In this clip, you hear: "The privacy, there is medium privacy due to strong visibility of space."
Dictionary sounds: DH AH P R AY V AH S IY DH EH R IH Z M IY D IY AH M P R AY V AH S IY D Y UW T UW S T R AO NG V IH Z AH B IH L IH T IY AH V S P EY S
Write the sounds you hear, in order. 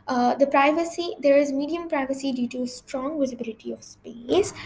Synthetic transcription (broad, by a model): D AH P R AY V AH S IY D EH R IH Z M IY D IY AH M P R AY V AH S IY D Y UW T UW S T R AO NG V IH Z AH B IH L IH T IY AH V S P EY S